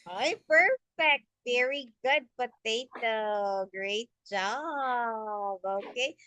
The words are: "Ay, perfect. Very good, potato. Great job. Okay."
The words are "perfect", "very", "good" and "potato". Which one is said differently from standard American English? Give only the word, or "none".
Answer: potato